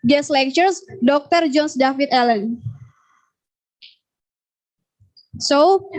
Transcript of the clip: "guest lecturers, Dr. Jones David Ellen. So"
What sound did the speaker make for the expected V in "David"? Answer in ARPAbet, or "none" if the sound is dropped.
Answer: F